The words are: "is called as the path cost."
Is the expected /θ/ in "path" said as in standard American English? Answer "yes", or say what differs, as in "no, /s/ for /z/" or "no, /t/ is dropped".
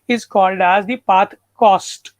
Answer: no, /t/ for /θ/